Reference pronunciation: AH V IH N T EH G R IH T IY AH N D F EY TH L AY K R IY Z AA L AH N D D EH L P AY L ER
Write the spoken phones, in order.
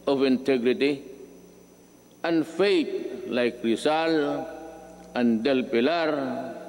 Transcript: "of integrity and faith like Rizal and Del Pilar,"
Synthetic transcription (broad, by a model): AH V IH N T EH G R IH T IY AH N F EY T L AY K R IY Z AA L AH N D D EH L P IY L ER